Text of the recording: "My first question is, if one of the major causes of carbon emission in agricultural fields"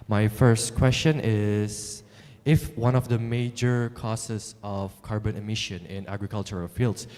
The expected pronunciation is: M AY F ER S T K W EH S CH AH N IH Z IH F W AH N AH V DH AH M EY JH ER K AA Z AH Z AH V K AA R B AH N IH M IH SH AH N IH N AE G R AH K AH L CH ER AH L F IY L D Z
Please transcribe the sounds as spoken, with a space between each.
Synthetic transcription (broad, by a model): M AY F ER S T K W EH S CH AH N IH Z IH F W AH N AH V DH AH M EY JH ER K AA S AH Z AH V K AA R B AH N IH M IH SH AH N IH N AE G R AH K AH L CH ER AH L F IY L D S